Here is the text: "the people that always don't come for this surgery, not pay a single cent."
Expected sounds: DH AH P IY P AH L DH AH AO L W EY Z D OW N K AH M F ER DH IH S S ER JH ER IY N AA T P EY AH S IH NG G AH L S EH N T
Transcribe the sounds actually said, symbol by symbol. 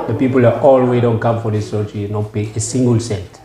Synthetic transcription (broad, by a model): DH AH P IY P AH L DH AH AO L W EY D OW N K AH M F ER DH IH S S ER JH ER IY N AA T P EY AH S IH NG G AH L S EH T